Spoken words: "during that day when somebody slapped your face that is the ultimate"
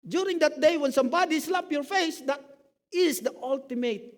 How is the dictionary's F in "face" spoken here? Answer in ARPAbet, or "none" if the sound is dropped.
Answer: F